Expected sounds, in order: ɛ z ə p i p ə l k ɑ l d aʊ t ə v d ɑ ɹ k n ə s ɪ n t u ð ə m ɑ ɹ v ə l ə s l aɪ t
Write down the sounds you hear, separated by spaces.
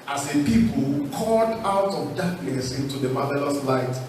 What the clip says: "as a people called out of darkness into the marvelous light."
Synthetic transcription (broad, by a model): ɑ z ə p i p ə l k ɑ d aʊ t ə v d ɑ k n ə s ɪ n t u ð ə m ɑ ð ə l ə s l aɪ t